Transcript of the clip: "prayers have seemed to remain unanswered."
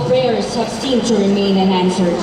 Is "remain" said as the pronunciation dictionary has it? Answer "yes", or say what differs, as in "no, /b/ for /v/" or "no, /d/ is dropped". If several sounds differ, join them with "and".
yes